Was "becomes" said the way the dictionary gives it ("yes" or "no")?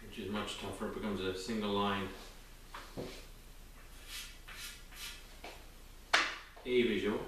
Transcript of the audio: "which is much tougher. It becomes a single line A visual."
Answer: yes